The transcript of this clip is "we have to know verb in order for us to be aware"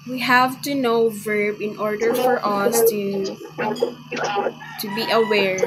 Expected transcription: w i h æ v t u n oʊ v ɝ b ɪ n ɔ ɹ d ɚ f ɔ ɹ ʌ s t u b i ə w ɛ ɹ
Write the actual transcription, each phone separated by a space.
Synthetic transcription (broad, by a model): w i h æ v t u n oʊ v ɝ b ɪ n ɔ ɹ d ɚ f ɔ ɹ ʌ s t u b i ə w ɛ ɹ